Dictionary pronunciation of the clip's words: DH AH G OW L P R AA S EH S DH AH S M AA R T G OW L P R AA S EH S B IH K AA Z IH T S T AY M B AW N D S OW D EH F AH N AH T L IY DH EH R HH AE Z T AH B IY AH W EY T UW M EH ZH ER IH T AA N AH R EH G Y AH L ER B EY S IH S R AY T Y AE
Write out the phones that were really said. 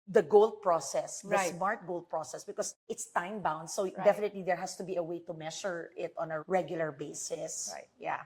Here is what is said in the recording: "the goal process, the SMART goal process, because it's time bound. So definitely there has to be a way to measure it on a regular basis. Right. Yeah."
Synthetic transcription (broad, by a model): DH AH G OW L P R AA S EH S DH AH S M AA R T G OW L P R AA S EH S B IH K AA S IH T S T AY M B AW N D S OW D EH F AH N AH T L IY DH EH R HH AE S T AH B IY AH W EY T UW M EH SH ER IH T AA N AH R EH G Y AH L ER B EY S IH S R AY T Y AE